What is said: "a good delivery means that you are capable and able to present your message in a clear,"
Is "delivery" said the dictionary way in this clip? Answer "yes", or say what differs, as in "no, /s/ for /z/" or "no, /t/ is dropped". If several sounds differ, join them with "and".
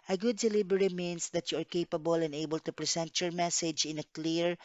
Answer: no, /b/ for /v/